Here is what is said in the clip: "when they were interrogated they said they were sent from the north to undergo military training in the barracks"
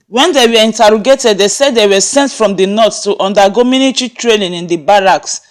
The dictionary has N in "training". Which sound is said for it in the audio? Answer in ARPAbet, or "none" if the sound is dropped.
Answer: L